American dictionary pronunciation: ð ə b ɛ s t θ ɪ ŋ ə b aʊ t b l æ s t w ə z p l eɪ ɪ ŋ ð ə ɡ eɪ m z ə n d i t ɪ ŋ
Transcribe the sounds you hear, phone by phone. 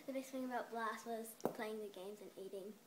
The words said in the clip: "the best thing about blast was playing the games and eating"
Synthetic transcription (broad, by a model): ð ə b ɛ s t θ ɪ ŋ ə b aʊ t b l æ s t w ə z p l eɪ ɪ ŋ ð ə ɡ eɪ m z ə n i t ɪ ŋ